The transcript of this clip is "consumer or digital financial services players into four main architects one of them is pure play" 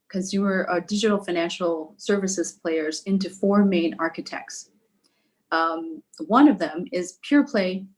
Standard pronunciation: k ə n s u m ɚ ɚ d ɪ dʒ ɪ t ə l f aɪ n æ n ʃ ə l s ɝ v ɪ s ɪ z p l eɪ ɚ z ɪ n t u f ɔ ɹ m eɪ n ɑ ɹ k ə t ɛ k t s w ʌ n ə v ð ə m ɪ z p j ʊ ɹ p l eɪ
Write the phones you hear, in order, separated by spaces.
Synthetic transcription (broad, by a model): k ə n s u m ɚ ɚ d ɪ dʒ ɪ t l f aɪ n æ n ʃ l s ɝ v ɪ s ɪ z p l eɪ ɚ z ɪ n t u f ɔ ɹ m eɪ n ɑ ɹ k ə t ɛ k t s w ʌ n ə v ð ə m ɪ z p j ʊ ɹ p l eɪ